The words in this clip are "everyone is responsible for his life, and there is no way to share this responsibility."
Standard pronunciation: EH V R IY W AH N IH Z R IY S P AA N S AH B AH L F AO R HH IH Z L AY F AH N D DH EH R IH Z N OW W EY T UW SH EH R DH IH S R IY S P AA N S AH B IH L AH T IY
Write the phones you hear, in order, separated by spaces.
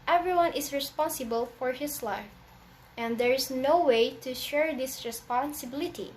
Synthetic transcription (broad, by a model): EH V R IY W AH N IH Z R IY S P AA N S AH B AH L F AO R HH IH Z L AY F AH N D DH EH R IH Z N OW W EY T UW SH EH R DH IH S R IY S P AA N S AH B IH L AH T IY